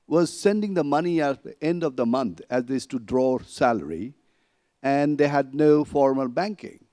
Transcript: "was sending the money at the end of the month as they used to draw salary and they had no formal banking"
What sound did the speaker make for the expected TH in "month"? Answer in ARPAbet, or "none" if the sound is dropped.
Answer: T